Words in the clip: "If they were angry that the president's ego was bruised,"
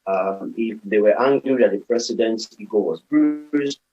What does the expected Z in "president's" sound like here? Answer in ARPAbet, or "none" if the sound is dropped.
S